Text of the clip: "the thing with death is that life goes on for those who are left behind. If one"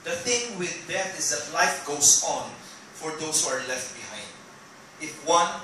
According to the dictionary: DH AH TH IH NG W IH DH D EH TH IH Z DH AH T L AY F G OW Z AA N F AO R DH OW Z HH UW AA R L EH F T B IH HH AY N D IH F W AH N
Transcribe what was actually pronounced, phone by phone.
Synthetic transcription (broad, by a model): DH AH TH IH NG W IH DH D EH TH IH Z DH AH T L AY F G OW S AA N F AO R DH OW S HH UW AA R L EH F T B IH HH AY N D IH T W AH N